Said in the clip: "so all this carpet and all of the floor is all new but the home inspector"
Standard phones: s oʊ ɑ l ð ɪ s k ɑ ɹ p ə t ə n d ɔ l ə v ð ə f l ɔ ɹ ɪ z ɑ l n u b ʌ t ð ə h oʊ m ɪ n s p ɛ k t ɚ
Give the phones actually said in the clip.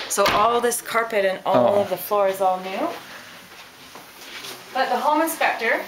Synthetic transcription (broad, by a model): s oʊ ɑ l ð ɪ s k ɑ ɹ p ə t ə n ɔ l ə v ð ə f l ɔ ɹ ɪ z ɑ l n u b ʌ t ð ə h oʊ m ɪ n s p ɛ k t ɚ